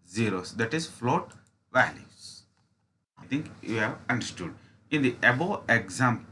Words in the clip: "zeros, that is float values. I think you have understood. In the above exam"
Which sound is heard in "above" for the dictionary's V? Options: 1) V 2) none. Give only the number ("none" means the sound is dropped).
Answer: 2